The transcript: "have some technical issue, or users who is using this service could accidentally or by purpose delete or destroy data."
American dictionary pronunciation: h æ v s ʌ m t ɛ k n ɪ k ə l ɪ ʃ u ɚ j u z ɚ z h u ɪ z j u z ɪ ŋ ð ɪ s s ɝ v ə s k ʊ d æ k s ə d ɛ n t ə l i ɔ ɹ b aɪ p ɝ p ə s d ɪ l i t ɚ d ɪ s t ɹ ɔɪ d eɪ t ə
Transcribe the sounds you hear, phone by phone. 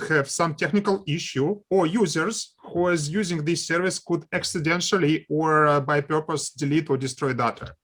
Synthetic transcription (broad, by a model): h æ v s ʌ m t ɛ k n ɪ k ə l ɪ ʃ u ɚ j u z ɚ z h u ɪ z j u z ɪ ŋ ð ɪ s s ɝ v ə s k ʊ d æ k s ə d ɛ n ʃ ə l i ɔ ɹ b aɪ p ɝ p ə s d ɪ l i t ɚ d ɪ s t ɹ ɔɪ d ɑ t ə